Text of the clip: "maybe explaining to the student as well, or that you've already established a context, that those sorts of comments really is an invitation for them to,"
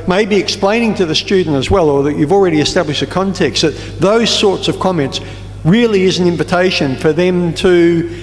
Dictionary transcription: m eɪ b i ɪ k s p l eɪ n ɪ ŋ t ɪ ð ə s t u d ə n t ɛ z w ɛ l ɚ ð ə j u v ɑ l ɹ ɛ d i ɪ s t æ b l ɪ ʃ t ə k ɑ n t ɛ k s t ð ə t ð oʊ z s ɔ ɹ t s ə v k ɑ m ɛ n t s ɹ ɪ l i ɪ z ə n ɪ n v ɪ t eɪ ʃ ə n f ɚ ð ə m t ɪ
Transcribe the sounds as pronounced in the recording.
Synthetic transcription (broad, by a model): m eɪ b i ɪ k s p l eɪ n ɪ ŋ t ɪ ð ə s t u d n t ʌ z w ɛ l ɚ ð ə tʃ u v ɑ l ɹ ɛ d i ɪ s t æ b l ɪ ʃ t ə k ɑ n t ɛ k s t ð ə t ð oʊ z s ɔ ɹ t s ə v k ɑ m ɛ n t s ɹ ɪ l i ɪ z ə n ɪ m v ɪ t eɪ ʃ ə n f ɚ ð ə m t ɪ